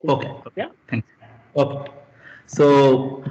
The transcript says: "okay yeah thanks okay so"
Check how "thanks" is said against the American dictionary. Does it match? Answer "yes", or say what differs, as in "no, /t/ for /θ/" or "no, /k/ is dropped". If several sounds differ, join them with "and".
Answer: no, /t/ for /θ/